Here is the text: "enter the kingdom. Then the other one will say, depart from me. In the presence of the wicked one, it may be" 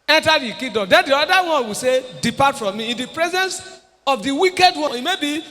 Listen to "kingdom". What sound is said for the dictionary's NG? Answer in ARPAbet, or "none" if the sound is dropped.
none